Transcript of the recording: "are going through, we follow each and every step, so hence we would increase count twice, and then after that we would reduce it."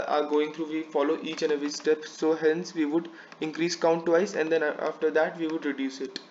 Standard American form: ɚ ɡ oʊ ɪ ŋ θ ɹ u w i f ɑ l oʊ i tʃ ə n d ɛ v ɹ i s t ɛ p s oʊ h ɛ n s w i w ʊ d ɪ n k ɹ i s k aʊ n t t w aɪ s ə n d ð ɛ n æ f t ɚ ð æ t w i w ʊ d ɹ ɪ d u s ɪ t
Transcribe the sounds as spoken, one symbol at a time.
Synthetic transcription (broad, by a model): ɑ ɡ oʊ ɪ ŋ t ɹ u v i f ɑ l oʊ i tʃ ə n d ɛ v i s t ɛ p s oʊ h ɛ n s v i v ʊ d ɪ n k ɹ i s k aʊ n t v aɪ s ə n d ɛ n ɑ f t ɚ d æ t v i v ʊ d ɹ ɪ d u s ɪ t